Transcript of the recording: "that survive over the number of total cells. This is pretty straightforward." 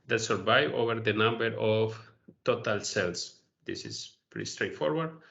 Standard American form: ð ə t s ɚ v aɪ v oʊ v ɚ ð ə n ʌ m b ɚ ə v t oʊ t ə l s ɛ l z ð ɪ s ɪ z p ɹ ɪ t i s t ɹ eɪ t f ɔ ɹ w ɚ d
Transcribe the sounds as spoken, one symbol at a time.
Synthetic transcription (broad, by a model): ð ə t s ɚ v aɪ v oʊ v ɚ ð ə n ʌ m b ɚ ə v t oʊ t ə l s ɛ l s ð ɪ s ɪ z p ɛ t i s t ɹ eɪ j f ɔ ɹ w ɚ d